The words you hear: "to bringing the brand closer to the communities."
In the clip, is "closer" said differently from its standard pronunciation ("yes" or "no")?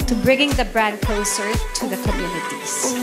yes